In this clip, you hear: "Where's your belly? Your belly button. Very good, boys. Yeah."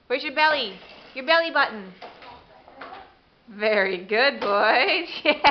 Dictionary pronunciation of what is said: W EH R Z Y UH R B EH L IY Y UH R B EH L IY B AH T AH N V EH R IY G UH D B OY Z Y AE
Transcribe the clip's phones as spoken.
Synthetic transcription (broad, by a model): W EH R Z Y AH R B EH L IY Y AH R B EH L IY B AH T N V EH R IY G UH D B OY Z Y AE